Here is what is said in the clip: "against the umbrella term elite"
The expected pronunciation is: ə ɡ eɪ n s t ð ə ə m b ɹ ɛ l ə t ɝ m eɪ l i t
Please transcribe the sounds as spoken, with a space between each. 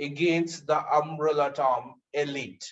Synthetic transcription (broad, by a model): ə ɡ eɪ n s t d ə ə m ɹ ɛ l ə t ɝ m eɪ l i t